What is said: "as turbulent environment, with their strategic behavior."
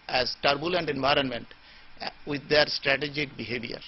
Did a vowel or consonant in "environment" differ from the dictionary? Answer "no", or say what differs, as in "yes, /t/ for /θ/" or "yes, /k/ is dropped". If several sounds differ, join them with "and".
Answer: no